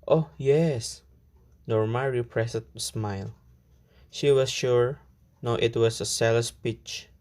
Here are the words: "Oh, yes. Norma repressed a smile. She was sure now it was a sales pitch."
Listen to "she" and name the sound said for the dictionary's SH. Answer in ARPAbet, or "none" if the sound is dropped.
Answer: SH